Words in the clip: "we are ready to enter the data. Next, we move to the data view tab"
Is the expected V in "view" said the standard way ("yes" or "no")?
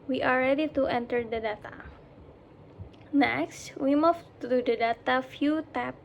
no